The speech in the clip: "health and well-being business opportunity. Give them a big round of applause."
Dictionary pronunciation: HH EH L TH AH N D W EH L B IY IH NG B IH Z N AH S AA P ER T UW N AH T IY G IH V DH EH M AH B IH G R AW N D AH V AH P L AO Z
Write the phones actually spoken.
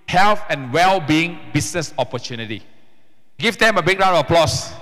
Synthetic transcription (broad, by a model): HH EH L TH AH N W EH L B IY IH NG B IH S N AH S AA P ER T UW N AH T IY G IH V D EH M AH B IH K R AW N AH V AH P L AO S